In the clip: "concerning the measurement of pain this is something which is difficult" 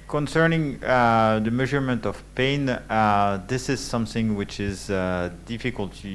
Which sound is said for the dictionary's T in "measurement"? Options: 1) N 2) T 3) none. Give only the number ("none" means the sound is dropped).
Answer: 2